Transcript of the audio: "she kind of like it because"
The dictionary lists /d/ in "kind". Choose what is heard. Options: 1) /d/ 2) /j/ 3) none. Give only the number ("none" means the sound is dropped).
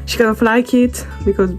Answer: 3